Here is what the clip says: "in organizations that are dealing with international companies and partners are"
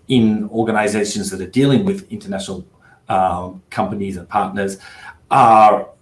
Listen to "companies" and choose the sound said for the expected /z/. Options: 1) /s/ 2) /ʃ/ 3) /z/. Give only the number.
3